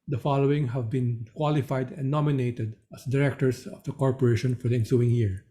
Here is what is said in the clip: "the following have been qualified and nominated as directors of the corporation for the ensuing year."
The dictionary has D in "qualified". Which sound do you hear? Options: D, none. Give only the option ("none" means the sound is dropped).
D